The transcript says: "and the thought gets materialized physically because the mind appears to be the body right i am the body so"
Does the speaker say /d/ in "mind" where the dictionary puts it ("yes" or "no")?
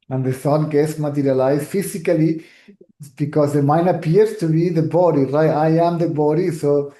no